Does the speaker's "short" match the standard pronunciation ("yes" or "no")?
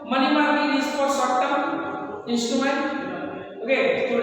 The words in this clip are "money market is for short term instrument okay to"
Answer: no